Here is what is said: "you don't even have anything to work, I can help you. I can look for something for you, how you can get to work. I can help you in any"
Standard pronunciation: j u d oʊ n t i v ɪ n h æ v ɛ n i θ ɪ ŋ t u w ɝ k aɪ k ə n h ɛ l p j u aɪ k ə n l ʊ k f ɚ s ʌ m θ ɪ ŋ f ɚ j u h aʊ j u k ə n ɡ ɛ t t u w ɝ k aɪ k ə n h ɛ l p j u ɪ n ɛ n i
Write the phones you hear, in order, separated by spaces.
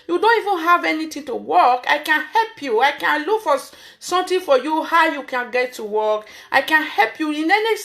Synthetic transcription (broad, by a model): j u d oʊ n t i v ɪ n h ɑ v ɛ n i t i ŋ t u w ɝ k aɪ k ə n h ɛ l p j u aɪ k ə n l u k f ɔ s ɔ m t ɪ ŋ f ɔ j u h aʊ j u k ə n ɡ ɛ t t u w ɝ k aɪ k ə n h ɛ l p j u ɪ n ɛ n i